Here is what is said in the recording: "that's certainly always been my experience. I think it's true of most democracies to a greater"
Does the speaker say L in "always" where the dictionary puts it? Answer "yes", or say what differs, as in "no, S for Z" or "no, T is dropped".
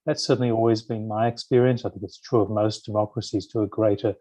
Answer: yes